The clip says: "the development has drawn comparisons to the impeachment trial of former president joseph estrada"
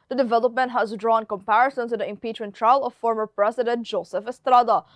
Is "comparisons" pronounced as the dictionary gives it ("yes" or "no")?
no